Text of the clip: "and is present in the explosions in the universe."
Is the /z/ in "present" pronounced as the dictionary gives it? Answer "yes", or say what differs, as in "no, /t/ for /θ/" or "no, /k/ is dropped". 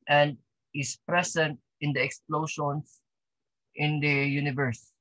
no, /s/ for /z/